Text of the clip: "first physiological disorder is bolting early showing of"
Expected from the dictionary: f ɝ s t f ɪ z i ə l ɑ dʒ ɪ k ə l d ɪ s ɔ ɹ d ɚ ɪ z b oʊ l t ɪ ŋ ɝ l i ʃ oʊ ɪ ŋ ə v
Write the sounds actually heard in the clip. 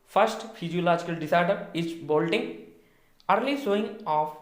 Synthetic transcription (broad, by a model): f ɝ s t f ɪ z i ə l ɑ dʒ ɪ k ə l d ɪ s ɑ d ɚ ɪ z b oʊ l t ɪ ŋ ɝ l i s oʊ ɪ ŋ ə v